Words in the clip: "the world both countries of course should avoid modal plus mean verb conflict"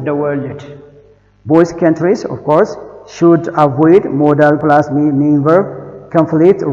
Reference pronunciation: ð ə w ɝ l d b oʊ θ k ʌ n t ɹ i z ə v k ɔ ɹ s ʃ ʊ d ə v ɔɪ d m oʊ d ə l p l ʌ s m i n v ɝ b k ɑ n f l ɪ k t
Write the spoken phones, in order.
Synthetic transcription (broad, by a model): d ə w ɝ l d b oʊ s k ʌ n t ɹ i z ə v k ɔ ɹ s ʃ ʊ d ə v ɔɪ d m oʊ d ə l p l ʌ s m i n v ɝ k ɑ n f l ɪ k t